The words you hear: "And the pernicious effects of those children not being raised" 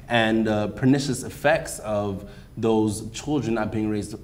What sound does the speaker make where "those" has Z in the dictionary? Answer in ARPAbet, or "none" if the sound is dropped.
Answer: Z